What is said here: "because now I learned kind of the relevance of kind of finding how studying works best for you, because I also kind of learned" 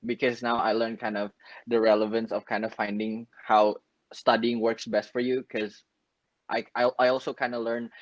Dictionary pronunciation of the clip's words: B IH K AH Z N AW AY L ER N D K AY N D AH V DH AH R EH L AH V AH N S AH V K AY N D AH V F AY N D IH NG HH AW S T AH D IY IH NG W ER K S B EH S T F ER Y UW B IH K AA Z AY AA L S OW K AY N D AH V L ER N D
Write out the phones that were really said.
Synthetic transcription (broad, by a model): B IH K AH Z N AW AY L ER N K AY N D AH V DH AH R EH L AH V AH N S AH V K AY N D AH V F AY N D IH NG HH AW S T AH D IY IH NG W ER K S B EH S T F ER Y UW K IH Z AA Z AY AA L S OW K AY N D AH L ER N